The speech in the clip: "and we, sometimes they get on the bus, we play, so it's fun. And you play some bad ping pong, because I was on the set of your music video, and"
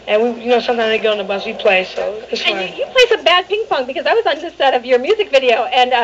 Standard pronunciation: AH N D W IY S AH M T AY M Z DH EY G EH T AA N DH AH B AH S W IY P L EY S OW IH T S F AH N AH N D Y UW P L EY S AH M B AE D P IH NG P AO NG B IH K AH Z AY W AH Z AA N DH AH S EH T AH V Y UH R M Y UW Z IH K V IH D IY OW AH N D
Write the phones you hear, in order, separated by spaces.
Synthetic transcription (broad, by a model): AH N W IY S AH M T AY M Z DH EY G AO UH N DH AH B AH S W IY P L EY S OW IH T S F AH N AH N Y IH P L EY S AH M B AE D P IH NG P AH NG B IH K AH Z AY W AH Z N DH AH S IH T AH V Y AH R M Y UW Z IH K V IH D IY OW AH N